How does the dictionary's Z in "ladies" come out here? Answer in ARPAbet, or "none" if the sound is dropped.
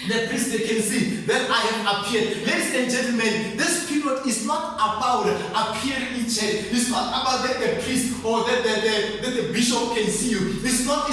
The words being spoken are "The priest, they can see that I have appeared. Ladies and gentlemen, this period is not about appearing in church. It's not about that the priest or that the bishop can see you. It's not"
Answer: S